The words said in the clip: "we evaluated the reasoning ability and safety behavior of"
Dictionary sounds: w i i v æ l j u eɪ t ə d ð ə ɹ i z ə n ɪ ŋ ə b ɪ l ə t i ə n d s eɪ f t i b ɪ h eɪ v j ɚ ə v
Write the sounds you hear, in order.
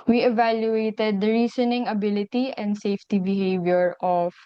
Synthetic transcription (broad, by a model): w i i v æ l j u eɪ t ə d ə ɹ i s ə n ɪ ŋ ə b ɪ l ə t i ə n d s eɪ f t i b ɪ h eɪ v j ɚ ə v